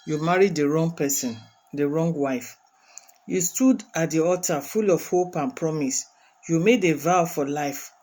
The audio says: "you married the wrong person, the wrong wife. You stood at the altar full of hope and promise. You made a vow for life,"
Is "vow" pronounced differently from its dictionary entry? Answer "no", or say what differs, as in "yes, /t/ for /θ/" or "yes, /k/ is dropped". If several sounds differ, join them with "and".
no